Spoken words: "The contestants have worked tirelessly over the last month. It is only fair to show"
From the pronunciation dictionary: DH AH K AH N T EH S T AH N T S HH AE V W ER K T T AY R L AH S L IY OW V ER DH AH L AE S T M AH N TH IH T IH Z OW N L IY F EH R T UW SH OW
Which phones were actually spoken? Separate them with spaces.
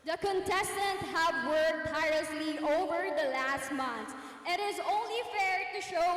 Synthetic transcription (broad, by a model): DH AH K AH N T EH S T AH N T HH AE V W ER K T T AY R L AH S L IY OW V ER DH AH L AE S T M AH N S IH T IH Z OW N L IY F EH R T UW SH OW